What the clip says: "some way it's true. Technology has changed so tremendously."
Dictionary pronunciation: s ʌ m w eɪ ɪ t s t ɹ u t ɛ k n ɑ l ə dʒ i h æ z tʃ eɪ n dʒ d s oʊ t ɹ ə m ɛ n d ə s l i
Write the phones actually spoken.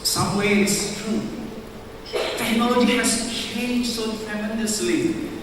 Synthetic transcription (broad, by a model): s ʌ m w eɪ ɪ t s t ɹ u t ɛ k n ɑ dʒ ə i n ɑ s tʃ eɪ n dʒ s oʊ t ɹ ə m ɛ n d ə s l i